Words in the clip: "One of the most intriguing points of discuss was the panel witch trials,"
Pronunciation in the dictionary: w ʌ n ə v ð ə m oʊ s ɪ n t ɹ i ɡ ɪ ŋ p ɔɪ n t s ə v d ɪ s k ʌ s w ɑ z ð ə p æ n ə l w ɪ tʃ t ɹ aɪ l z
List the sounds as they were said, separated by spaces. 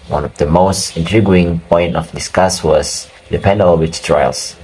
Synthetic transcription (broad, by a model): w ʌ n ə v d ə m oʊ s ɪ n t ɹ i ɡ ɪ ŋ p ɔɪ n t ə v d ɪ s k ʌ s w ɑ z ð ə p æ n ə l w ɪ tʃ t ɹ aɪ l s